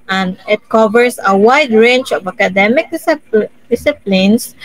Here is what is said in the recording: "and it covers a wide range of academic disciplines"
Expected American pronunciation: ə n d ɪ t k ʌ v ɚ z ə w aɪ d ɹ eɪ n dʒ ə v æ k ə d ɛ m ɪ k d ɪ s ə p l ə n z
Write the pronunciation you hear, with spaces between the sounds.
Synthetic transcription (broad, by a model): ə n d ɪ t k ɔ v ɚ s ə w aɪ d ɹ eɪ n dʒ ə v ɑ k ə d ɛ m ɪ k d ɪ s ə p l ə n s